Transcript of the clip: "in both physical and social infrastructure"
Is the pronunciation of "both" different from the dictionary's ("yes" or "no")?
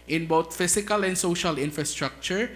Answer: yes